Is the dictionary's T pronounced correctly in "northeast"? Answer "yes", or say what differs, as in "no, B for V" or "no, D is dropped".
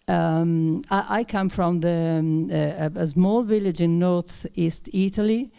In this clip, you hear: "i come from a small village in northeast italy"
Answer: yes